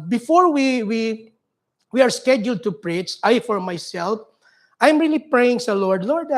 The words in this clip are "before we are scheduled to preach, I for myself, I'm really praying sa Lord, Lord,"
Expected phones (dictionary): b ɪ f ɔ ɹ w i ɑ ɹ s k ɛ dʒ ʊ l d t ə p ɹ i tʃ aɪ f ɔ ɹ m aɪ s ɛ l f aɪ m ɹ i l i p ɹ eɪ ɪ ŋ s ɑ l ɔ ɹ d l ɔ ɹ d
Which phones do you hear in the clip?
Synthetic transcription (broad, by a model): b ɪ f ɔ ɹ w i ɑ ɹ s k ɛ dʒ ʊ l d t ə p ɹ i s aɪ f ɔ ɹ m aɪ s ɛ l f aɪ m ɹ i l i p ɹ eɪ ɪ ŋ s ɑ l ɔ ɹ d l ɔ ɹ d